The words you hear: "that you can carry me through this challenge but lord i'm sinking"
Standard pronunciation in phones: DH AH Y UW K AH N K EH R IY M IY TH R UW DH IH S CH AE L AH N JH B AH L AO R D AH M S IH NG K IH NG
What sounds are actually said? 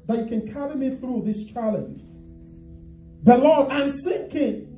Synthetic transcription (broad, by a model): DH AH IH K AH N K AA R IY M IY TH R UW DH IH S CH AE L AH N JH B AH L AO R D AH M S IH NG K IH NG